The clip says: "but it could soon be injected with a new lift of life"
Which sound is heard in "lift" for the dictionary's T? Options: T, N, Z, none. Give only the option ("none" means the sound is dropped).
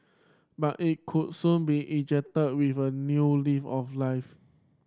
none